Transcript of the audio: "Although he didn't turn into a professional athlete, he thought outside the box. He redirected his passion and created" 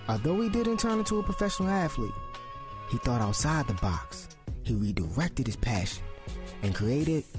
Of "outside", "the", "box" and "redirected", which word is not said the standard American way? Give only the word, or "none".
none